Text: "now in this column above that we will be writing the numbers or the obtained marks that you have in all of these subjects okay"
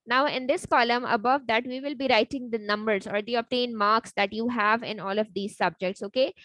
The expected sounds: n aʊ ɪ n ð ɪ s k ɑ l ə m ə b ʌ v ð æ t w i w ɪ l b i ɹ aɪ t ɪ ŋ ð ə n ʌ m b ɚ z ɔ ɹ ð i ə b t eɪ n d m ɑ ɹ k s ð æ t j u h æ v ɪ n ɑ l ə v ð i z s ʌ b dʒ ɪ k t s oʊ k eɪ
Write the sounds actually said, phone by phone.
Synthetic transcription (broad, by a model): n aʊ ɪ n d ɪ s k ɑ l ə m ə b ʌ v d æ t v i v ɪ l b i ɹ aɪ t ɪ ŋ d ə n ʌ m b ɚ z ɔ ɹ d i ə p t eɪ n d m ɑ ɹ k s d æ t j u h æ v ɪ n ɑ l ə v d i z s ʌ b dʒ ɪ k t s oʊ k eɪ